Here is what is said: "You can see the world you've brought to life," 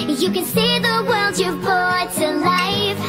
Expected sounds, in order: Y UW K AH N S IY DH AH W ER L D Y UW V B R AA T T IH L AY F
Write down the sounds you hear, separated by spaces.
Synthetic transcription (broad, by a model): Y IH K AH N S IY DH AH W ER L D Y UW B AA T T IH L AY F